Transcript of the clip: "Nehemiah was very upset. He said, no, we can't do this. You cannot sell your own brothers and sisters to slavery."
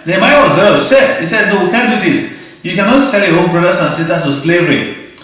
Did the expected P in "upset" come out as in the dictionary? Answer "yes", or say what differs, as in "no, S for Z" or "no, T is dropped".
no, P is dropped